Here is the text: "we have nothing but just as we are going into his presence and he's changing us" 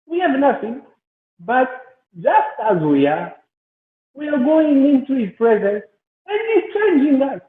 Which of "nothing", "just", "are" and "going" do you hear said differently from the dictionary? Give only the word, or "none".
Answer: are